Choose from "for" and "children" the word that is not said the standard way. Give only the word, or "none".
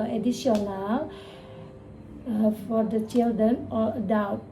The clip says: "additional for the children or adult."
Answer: none